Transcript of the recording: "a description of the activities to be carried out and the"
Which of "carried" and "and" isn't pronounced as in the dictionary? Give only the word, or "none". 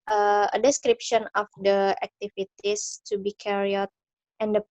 carried